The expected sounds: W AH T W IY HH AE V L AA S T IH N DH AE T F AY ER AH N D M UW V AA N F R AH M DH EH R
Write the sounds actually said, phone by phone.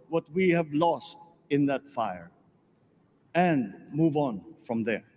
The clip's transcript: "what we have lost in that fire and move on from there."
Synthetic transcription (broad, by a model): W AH T W IY HH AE V L AA S T IH N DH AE T F AY ER AH N D M UW V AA N F R AH M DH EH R